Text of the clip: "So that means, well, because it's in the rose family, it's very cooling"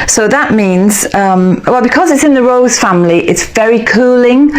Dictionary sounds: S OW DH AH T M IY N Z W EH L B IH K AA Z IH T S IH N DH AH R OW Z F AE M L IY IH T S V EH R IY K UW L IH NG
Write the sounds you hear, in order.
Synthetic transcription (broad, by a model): S OW DH AH T M IY N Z W EH L B IH K AA Z IH T S IH N DH AH R OW Z F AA M L IY IH T S V EH R IY K UW L IH NG